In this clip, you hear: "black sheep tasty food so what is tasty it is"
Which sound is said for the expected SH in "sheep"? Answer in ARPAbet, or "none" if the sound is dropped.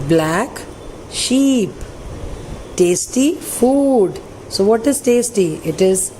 SH